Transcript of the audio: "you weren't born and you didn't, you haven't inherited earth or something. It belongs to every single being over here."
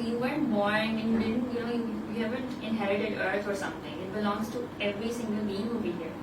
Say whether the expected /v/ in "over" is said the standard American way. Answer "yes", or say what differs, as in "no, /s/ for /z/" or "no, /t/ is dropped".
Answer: no, /b/ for /v/